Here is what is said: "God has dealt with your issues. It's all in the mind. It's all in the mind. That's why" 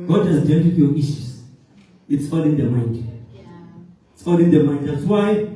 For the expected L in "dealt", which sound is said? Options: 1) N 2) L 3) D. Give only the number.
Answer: 1